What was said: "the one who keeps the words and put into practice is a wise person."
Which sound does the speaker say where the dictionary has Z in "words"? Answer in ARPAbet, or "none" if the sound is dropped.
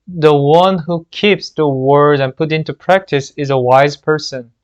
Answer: none